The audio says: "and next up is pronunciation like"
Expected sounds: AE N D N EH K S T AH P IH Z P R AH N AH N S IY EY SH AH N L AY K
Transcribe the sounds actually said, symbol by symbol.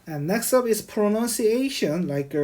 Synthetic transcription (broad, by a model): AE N N EH K S T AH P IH S P R AH N AH N S IY EY SH AH N L AY K